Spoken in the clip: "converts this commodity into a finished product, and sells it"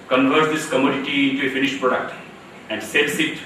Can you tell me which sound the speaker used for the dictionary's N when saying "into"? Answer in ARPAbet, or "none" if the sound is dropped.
N